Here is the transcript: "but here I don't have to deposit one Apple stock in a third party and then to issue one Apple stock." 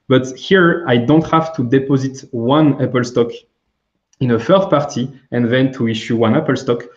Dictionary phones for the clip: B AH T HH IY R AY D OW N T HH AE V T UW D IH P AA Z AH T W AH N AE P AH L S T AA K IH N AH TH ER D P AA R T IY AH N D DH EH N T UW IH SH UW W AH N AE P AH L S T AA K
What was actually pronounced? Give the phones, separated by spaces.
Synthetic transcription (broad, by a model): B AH T HH IY R AY D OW N T HH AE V T UW D IH P AA Z AH T W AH N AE P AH L S T AA K IH N AH F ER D P AA R T IY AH N DH EH N T UW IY SH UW W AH N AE P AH L S T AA K